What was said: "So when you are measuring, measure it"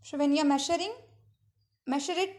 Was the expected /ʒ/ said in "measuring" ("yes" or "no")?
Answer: no